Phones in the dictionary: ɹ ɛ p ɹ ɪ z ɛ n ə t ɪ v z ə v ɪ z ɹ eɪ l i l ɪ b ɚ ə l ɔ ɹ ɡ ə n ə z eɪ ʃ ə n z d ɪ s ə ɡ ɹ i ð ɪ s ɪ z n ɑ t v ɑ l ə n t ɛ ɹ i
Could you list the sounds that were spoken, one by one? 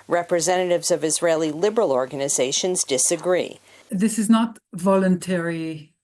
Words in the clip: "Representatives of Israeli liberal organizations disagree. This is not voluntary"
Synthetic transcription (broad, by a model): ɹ ɛ p ɹ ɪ z ɛ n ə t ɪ v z ə v ɪ z ɹ eɪ l i l ɪ b ɚ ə l ɔ ɹ ɡ ə n ə z eɪ ʃ ə n z d ɪ s ə ɡ ɹ i ð ɪ s ɪ z n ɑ t v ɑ l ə n t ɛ ɹ i